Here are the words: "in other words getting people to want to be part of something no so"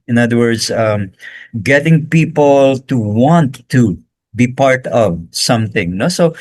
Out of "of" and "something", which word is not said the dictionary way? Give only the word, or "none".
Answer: none